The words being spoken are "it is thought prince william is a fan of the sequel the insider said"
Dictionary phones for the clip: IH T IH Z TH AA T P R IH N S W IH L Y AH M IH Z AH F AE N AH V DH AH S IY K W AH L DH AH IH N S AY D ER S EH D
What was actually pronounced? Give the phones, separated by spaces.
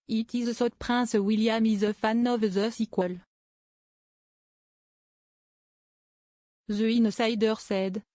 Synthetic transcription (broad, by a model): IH T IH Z S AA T P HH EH S W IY L Y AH M IH Z AH F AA N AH V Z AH S IY K W AH L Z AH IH N S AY D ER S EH D